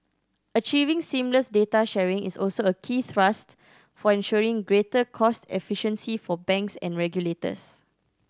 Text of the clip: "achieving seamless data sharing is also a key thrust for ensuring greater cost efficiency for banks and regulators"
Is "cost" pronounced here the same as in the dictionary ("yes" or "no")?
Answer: yes